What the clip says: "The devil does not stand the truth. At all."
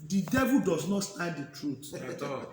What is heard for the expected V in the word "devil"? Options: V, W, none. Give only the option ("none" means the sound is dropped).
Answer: V